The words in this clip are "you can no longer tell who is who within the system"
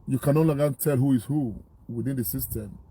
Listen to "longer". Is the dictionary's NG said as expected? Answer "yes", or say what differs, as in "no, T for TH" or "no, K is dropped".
no, NG is dropped